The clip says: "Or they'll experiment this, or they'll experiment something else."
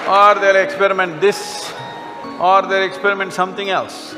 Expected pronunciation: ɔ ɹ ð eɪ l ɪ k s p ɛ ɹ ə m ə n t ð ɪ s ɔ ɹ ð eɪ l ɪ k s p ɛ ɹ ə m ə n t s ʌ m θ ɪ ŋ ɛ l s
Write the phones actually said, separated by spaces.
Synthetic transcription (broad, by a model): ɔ ɹ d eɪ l ɪ k s p ɛ ɹ ə m ə n t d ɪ s ɔ ɹ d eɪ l ɪ k s p ɛ ɹ ə m ə n t s ʌ m t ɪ ŋ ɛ l s